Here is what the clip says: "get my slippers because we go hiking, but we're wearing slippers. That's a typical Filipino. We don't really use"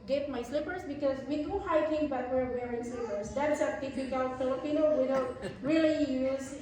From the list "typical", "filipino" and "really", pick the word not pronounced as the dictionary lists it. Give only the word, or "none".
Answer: typical